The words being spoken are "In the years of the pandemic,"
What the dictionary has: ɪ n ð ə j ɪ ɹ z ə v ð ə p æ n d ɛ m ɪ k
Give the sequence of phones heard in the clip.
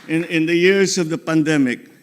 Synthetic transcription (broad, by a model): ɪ n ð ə j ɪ ɹ s ə v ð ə p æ n d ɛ m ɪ k